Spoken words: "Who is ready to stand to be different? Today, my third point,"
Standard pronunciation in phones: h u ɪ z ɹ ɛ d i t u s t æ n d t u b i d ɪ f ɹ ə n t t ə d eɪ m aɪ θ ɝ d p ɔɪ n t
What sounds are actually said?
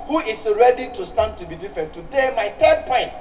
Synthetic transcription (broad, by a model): h u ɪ s ɹ ɛ d i t u s t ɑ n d t u b i d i f ɹ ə n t t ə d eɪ m aɪ t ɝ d p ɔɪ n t